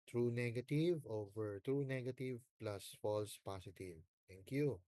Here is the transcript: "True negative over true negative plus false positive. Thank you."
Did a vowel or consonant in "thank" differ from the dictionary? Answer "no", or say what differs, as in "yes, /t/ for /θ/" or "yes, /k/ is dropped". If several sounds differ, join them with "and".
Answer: yes, /t/ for /θ/